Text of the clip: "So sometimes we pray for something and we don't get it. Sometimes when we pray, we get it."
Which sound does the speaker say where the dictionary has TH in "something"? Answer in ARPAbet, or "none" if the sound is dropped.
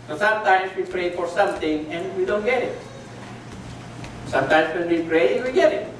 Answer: T